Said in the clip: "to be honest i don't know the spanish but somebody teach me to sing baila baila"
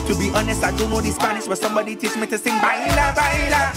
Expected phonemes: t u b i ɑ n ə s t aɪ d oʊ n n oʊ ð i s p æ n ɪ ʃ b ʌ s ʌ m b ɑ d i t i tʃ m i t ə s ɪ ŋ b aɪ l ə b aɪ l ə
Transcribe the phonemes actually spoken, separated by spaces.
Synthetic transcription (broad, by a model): t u b i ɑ n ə s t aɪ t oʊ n n oʊ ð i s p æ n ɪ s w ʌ s ʌ m b ɑ d i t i s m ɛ t ə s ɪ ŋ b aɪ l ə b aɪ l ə